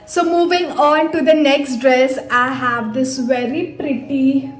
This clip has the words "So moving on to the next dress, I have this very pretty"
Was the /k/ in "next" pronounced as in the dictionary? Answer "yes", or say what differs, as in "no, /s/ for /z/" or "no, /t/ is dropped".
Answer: yes